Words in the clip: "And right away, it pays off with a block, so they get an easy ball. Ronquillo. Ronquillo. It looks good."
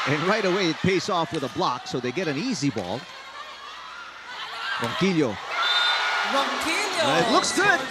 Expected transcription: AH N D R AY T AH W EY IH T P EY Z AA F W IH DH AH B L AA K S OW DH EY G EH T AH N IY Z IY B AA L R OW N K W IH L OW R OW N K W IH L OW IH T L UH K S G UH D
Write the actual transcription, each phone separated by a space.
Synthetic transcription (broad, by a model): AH N R AY T AH W EY IH T P EY S AA F W IH DH AH B L AA K S OW DH EY G EH T AH N IY Z IY B AA L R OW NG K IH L OW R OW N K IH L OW IH T L UH K S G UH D